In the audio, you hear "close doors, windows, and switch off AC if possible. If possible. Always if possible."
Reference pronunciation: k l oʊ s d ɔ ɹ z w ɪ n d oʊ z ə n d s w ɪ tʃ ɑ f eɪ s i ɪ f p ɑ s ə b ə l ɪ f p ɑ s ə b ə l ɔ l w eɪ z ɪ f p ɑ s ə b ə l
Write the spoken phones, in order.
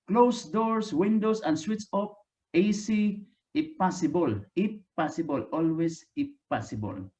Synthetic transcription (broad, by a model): k l oʊ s d ɔ ɹ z w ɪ n d oʊ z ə n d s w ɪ s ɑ p eɪ s i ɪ p ɑ s ə b ə l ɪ p ɑ s ə b ə l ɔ l w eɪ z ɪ p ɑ s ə b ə l